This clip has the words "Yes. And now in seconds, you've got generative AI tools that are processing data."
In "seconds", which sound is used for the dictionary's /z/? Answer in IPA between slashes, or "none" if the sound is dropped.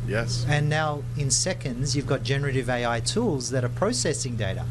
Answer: /z/